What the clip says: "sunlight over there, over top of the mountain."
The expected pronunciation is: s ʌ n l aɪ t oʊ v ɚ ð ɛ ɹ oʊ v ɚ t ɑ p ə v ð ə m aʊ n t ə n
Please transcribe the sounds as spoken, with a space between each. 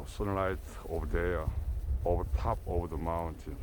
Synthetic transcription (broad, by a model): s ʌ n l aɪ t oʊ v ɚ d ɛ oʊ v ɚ t ɑ p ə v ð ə m aʊ n t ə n